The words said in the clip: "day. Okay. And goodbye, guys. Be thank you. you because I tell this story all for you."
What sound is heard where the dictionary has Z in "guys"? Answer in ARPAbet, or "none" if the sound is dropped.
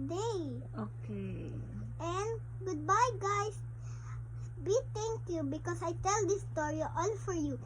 S